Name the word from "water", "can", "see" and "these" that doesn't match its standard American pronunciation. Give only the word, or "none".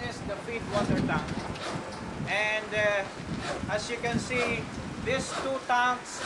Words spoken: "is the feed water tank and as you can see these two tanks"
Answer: these